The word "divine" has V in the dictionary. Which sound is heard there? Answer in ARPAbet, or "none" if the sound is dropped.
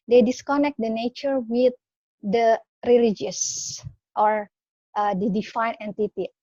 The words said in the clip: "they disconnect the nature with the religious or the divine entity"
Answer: F